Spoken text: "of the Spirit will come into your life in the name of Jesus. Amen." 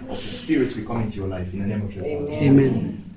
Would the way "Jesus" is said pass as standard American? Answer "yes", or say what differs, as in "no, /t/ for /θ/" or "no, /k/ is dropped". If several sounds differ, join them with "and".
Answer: no, /s/ is dropped